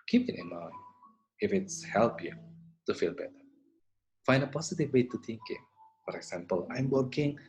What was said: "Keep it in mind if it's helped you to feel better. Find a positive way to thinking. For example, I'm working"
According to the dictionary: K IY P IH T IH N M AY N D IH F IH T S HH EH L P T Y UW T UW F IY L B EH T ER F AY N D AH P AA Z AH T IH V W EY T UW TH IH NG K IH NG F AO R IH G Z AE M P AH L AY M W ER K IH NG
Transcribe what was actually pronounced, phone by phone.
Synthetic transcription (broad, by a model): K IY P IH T IH N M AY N IH F IH T S HH EH L P Y UW T UW F IY L B EH T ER F AY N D AH P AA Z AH T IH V W EY T UW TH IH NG K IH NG F AO R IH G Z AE M P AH L AY M W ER K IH NG